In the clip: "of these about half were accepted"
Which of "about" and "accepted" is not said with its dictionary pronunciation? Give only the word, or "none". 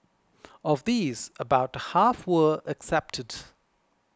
none